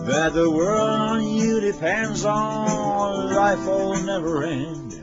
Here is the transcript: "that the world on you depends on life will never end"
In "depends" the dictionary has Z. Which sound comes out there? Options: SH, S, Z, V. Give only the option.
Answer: Z